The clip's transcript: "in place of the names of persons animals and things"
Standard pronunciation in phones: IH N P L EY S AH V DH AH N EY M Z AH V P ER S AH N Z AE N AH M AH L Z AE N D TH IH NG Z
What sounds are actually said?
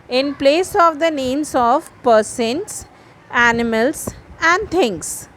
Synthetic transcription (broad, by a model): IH N P L EY S AH V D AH N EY M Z AH V P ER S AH N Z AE N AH M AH L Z AE N D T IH NG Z